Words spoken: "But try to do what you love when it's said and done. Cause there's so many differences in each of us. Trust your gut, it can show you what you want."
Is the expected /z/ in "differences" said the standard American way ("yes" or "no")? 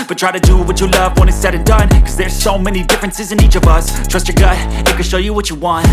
yes